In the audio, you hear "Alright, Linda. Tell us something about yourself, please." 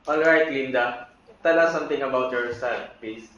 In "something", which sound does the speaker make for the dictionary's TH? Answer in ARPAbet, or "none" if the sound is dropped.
T